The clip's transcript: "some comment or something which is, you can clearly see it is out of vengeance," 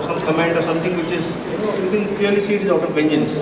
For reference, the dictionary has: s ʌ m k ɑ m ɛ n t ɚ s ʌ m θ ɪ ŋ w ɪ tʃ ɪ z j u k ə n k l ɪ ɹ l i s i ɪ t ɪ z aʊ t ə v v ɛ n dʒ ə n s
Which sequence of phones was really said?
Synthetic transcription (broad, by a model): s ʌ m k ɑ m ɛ n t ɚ s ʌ m t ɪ ŋ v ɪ tʃ ɪ z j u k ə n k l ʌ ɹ l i s i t ɪ z aʊ t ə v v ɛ n dʒ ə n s